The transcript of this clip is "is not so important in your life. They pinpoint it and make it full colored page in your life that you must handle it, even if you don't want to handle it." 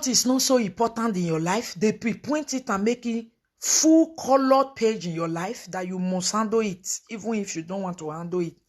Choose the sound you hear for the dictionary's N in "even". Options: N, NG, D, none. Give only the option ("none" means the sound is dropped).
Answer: N